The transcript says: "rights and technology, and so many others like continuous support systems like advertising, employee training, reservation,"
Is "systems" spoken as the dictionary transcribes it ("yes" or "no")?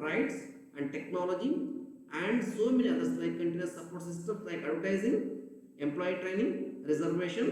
no